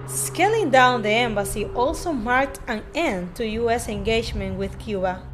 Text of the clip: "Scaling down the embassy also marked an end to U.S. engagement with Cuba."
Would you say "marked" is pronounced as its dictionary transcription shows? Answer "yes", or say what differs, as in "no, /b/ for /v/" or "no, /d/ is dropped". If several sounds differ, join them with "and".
yes